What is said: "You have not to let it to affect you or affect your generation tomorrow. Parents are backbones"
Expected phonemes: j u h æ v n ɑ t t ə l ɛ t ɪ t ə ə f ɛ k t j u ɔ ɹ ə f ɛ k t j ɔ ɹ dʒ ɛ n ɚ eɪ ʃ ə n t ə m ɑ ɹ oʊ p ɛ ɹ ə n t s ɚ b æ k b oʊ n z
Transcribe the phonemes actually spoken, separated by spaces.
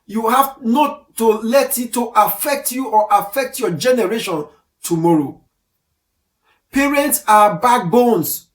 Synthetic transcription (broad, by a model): j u h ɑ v n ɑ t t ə l ɛ t ɪ t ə ə f ɛ k t j u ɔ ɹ ə f ɛ k t j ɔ dʒ ɛ n ɚ eɪ ʃ ə n t ə m ɑ ɹ oʊ p ɛ ɹ ə n t s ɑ b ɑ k b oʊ n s